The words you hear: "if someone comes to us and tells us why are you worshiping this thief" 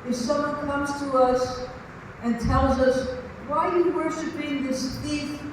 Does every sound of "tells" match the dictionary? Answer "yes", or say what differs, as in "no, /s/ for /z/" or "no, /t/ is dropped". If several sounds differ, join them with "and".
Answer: yes